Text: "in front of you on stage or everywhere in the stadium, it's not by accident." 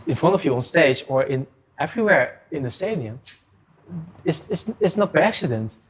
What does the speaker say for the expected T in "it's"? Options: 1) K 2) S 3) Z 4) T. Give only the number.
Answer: 2